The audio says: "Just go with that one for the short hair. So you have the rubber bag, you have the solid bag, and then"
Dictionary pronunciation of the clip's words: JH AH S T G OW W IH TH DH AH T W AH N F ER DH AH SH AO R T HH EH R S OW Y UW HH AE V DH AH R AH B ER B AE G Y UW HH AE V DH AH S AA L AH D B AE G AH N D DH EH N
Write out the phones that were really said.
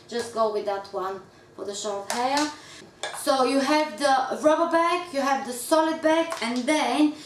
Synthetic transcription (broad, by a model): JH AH S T G OW W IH DH AH T W AH N F ER DH AH SH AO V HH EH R S OW Y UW HH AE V DH AH R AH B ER B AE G Y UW HH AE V DH AH S AA L AH D B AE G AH N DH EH N